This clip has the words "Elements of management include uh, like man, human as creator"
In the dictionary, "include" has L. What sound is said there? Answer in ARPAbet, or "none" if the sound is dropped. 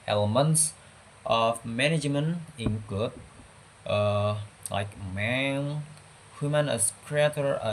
none